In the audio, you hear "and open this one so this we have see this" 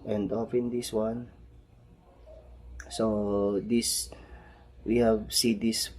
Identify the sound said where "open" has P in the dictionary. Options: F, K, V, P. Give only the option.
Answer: F